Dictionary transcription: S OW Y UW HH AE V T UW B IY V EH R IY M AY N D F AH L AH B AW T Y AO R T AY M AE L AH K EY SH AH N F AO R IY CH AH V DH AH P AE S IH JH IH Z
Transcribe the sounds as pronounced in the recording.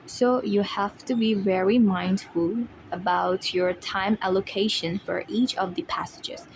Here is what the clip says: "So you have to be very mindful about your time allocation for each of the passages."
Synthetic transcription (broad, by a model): S OW Y UW HH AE F T UW B IY V EH R IY M AY N D F AH L AH B AW T Y AO R T AY M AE L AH K EY SH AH N F AO R IY CH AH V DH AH P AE S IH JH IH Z